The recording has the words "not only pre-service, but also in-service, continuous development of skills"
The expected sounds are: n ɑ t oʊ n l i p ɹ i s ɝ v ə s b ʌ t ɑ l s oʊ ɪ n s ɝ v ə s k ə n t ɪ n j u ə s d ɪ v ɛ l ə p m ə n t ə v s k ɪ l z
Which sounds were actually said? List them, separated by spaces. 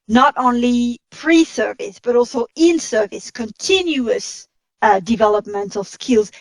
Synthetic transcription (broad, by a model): n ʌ t oʊ n l i p ɹ i s ɝ v ə s b ʌ t ɑ l s oʊ ɪ n s ɝ v ə s k ə n t ɪ n j u ə s d ɪ v ɛ l ə p m ə n t ə v s k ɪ l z